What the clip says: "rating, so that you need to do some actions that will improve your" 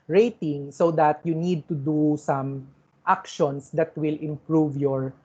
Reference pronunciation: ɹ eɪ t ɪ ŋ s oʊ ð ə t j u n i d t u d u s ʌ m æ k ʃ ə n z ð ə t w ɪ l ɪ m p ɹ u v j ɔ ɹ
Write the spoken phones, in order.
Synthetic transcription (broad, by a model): ɹ eɪ t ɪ ŋ s oʊ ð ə t j u n i d t u d u s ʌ m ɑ k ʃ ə n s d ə t w ɪ l ɪ m p ɹ u v j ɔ ɹ